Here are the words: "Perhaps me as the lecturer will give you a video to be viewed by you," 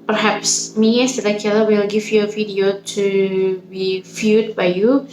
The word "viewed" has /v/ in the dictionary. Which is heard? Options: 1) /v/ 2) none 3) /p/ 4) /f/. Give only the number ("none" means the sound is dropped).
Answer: 4